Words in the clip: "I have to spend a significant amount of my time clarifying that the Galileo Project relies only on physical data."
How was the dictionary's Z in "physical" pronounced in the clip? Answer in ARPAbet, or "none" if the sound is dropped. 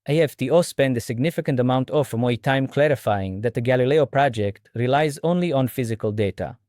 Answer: Z